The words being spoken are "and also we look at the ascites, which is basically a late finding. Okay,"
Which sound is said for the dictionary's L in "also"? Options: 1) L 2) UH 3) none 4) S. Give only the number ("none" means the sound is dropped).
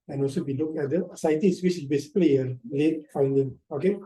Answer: 1